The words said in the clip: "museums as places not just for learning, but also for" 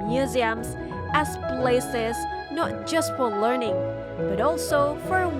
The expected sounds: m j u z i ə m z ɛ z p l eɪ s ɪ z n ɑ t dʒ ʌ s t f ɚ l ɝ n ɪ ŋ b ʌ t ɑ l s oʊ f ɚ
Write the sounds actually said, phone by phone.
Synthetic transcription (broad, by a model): m j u z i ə m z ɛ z p l eɪ s ɪ z n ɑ t dʒ ʌ s t f ɚ l ɝ n ɪ ŋ b ʌ t ɑ l s oʊ f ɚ